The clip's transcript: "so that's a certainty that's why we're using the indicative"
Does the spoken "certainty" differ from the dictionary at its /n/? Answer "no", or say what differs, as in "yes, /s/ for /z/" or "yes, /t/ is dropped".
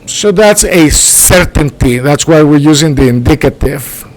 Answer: no